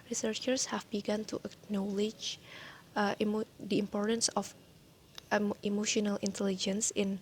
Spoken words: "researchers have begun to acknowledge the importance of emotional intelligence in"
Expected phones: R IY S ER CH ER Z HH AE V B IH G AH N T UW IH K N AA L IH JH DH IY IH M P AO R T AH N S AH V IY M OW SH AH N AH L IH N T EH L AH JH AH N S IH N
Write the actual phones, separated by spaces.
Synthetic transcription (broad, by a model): R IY S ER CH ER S HH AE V B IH G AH N T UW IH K N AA L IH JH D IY IH M P AO R T AH N S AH F IY M OW SH AH N AH L IH N T EH L AH JH AH N S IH N